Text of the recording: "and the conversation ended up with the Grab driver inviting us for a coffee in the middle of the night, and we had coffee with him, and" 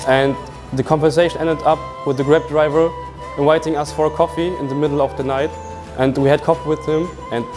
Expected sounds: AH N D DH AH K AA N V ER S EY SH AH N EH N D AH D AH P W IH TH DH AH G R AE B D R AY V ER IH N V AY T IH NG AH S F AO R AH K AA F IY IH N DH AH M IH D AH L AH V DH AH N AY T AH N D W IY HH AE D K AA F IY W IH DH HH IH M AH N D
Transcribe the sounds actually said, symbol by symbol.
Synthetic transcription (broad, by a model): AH N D DH AH K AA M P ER S EY SH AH N EH N D AH D AH P W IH DH AH G R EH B D R AY V ER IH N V AY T IH NG AH S F AO R AH K AA F IY IH N DH AH M IH D L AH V DH AH N AY T AH N D W IY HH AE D K AA F IY W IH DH HH IH M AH N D